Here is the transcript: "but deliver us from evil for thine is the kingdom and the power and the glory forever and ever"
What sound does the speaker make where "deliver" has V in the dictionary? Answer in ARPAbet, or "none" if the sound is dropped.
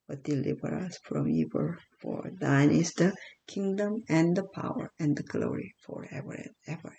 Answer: B